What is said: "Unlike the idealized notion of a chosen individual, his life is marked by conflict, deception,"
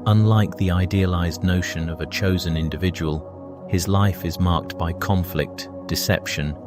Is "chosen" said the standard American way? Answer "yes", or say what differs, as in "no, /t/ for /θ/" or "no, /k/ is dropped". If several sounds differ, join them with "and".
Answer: yes